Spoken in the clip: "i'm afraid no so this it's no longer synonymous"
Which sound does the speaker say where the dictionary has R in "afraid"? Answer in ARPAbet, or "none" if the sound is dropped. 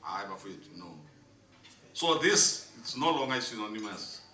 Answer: none